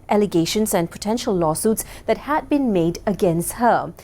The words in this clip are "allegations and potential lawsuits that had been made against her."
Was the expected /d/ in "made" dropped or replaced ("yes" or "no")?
no